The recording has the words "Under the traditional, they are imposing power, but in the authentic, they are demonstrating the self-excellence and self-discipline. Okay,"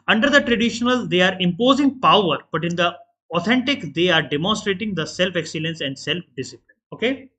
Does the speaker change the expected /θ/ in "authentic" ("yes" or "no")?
yes